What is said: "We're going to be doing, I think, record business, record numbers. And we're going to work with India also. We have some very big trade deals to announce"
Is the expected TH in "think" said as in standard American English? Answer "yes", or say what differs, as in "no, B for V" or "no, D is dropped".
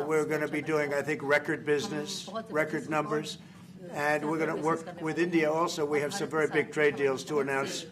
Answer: yes